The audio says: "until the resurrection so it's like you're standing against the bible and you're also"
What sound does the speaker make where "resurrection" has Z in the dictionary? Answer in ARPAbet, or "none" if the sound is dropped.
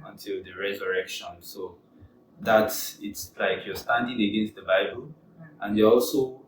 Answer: Z